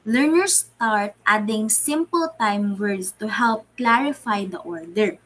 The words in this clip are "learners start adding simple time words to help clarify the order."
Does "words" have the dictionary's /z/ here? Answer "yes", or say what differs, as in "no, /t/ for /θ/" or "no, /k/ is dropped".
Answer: no, /s/ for /z/